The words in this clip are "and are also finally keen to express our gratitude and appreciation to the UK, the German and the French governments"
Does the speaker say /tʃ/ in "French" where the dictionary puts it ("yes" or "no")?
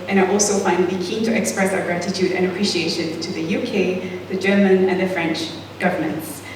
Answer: yes